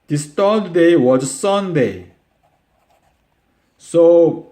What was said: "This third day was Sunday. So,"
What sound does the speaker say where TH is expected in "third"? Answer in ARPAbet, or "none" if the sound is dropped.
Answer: T